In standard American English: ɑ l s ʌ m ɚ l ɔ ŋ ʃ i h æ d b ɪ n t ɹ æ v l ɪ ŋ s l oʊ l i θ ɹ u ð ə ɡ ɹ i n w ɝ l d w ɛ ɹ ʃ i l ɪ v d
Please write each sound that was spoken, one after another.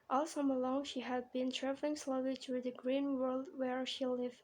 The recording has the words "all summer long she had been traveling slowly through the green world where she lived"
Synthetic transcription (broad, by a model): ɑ l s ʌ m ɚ l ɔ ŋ ʃ i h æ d b ɪ n t ɹ æ v l ɪ ŋ s l oʊ l i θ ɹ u ð ə ɡ ɹ i n w ɝ l d w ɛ ɹ ʃ i l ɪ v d